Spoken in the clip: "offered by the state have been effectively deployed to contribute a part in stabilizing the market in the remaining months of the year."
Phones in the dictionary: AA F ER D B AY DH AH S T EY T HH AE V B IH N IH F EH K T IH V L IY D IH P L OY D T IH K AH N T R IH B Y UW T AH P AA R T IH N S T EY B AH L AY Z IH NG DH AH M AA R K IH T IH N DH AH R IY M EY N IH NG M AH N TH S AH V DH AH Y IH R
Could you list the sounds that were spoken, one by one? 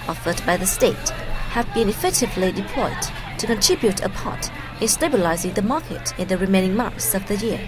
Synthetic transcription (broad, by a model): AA F ER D B AY DH AH S T EY T HH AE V B IH N IH F EH K T IH V L IY D IH P L OY D T IH K AH N T R IH B Y UW T AH P AA R T IH N S T EY B AH L AY Z IH NG DH AH M AA R K IH T IH N DH AH R IY M EY N IH NG M AH N TH S AH V DH AH Y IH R